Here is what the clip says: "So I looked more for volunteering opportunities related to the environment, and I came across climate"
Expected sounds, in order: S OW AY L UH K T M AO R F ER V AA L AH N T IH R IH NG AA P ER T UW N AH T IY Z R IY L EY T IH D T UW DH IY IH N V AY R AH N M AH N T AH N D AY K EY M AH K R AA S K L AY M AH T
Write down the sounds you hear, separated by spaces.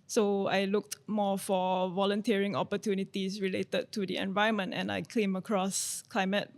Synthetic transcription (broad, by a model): S OW AY L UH K T M AO F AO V AA L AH N T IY R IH NG AA P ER T UW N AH T IY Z R IY L EY T IH D T UW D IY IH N V AY AH M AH N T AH N AY K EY M AH K R AA S K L AY M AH T